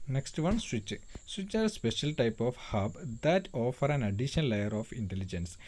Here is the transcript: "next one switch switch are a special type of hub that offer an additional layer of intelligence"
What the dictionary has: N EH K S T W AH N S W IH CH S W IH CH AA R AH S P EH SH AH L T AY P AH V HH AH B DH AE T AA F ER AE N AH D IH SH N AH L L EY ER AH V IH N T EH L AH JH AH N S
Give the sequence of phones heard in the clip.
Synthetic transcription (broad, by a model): N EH K S T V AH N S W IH CH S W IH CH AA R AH S P EH SH AH L T AY P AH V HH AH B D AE T AA F ER AE N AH D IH SH AH N L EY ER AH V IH N T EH L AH JH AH N S